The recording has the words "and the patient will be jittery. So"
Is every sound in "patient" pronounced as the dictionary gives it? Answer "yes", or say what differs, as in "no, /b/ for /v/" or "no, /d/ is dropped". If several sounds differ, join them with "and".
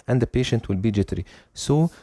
yes